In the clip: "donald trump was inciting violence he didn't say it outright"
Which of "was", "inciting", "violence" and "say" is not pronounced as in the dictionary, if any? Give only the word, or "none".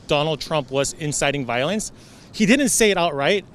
none